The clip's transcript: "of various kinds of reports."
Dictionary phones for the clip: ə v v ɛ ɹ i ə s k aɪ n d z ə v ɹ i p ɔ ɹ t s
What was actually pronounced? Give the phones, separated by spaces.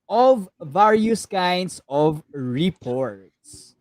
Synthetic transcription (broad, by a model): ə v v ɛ ɹ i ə s k aɪ n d s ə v ɹ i p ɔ ɹ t s